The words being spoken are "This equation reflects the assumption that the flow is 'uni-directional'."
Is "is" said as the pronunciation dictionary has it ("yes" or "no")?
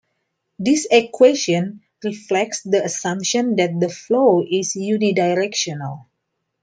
no